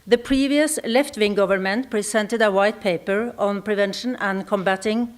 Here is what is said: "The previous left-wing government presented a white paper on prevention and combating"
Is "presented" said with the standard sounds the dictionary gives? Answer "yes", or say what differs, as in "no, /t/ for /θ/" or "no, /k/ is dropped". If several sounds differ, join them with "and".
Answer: no, /s/ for /z/